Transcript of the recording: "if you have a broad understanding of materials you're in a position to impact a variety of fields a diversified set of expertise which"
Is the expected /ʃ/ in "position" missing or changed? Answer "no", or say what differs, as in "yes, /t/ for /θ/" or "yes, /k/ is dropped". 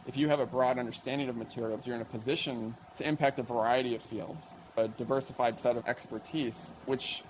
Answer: no